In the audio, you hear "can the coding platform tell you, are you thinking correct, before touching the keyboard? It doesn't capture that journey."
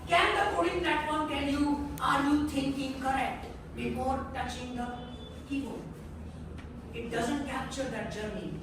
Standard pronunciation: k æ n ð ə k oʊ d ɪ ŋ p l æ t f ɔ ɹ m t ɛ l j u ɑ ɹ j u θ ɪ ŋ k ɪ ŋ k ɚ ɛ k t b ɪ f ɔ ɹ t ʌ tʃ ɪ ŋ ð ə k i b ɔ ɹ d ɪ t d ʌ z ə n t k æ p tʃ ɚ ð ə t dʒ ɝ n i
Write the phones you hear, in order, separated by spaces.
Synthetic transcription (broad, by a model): k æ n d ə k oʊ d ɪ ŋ p l æ t f ɔ ɹ m t ɛ l j u ɑ ɹ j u t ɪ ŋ k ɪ ŋ k ɚ ɛ k t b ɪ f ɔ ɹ t ʌ tʃ ɪ ŋ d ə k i ɔ ɪ t d ʌ z ə n t k æ p tʃ ɚ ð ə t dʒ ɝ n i